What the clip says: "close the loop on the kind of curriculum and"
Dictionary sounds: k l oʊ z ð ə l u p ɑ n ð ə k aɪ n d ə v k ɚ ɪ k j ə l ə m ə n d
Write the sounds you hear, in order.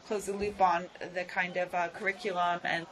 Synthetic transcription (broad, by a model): k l oʊ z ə l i b ɑ n ð ə k aɪ n d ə v k ɚ ɪ k j l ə m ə n